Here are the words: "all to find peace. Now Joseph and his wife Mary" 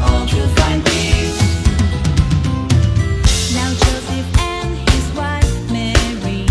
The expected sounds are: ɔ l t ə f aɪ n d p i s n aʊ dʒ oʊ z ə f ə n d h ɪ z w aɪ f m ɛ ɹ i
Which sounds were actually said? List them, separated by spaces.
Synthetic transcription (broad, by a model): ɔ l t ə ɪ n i n aʊ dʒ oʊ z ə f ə n h ɪ z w aɪ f m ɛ ɹ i